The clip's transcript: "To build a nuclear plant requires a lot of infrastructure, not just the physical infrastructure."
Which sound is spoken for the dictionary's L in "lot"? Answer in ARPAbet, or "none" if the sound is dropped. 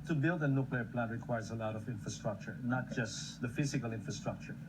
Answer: L